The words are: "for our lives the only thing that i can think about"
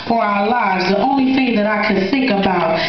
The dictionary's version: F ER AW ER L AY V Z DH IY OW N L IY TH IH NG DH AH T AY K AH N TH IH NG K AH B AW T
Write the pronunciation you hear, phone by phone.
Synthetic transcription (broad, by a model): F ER AW ER L AY V Z DH IY OW N L IY TH IH NG DH AH T AY K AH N TH IH NG K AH B AW T